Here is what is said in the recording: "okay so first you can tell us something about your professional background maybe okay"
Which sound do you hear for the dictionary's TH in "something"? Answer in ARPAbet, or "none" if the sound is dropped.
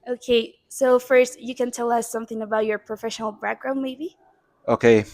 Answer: TH